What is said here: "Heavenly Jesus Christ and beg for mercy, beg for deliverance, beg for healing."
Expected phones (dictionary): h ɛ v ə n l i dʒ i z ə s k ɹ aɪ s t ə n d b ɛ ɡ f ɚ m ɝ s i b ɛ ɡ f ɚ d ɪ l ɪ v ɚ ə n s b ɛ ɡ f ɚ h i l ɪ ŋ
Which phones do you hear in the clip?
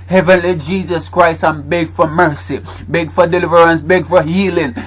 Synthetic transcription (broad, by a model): h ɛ v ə n l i dʒ i z ə s k ɹ aɪ s t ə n b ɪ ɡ f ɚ m ɝ s i b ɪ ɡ f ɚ d ɪ l ɪ v ɚ ə n s b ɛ ɡ f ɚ h i l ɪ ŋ